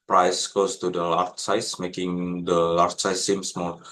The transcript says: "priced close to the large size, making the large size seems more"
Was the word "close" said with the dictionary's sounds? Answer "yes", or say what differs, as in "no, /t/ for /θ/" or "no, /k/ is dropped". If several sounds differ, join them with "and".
no, /l/ is dropped